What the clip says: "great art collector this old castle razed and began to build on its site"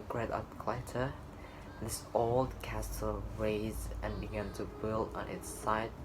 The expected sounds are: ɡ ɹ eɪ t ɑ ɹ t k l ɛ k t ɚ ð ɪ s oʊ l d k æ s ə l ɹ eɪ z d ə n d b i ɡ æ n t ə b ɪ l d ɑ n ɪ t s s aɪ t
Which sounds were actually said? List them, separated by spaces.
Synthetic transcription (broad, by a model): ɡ ɹ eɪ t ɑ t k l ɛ t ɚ ð ɪ s oʊ l d k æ s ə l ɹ eɪ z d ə n b i ɡ æ n t ə b ɪ l d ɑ n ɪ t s s aɪ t